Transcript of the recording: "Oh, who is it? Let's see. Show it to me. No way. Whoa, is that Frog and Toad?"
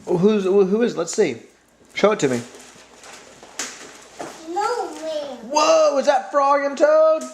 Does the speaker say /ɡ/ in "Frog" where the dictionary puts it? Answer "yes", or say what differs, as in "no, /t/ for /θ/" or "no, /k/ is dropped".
no, /ɡ/ is dropped